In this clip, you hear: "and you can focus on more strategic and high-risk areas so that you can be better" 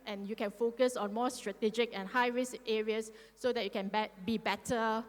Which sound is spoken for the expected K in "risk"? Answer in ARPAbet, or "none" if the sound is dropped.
none